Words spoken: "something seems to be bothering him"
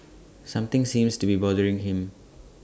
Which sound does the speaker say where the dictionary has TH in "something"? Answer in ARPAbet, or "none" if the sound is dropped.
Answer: T